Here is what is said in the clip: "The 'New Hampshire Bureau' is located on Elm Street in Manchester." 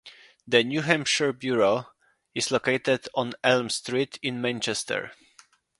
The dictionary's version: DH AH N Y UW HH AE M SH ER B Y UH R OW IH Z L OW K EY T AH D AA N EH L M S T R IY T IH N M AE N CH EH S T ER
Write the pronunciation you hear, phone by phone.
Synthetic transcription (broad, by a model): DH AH N Y UW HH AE M SH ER B Y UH R OW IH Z L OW K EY T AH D AA N EH L M S T R IY T IH N M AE N CH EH S T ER